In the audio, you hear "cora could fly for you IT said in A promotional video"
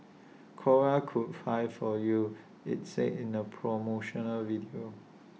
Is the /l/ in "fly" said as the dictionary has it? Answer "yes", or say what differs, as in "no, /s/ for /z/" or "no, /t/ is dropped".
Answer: no, /l/ is dropped